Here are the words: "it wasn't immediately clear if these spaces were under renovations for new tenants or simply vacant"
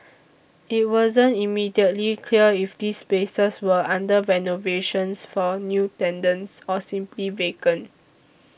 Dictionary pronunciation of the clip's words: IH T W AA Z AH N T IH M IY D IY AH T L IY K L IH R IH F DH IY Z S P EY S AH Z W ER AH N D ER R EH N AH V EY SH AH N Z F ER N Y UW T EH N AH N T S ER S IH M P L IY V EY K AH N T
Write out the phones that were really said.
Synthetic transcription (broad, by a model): IH T W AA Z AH N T IH M IY D IY AH T L IY K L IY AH IH F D IY S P EY S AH S W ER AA N D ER R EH N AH V EY SH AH N S F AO N Y UW T EH N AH N S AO S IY M P L IY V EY K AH N